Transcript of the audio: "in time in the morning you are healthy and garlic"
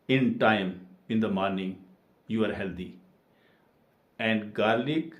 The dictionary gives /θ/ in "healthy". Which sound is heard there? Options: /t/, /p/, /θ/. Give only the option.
/t/